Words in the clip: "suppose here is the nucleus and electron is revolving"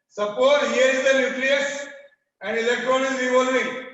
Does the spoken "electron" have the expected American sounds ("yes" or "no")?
yes